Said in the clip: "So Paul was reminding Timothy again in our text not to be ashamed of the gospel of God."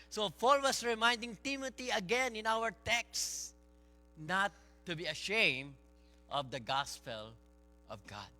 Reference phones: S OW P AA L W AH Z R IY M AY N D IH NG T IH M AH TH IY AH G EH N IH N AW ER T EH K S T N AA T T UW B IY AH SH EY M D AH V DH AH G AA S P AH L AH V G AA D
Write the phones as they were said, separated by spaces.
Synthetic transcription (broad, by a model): S OW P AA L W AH S R IY M AY N D IH NG T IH M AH T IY AH G EH N IH N AW ER T EH K S N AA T T UW B IY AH SH EY M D AH V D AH G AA S P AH L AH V G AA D